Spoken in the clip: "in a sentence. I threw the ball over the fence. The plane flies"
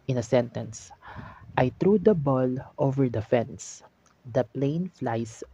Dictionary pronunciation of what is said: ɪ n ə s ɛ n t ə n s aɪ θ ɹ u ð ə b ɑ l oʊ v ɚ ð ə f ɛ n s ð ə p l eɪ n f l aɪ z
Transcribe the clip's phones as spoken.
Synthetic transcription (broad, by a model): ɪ n ə s ɛ n t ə n s aɪ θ ɹ u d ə b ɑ l oʊ v ɚ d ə f ɛ n s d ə p l eɪ n f l aɪ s